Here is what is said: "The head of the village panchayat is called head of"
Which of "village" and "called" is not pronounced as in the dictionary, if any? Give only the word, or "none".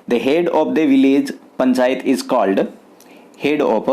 none